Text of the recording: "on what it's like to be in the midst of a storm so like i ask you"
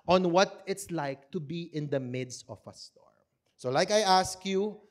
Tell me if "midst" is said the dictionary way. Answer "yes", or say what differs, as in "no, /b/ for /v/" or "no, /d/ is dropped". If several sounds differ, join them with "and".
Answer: yes